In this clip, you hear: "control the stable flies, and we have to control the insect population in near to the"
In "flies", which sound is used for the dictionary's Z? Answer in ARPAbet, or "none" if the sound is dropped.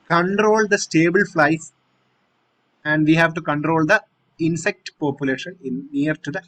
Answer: S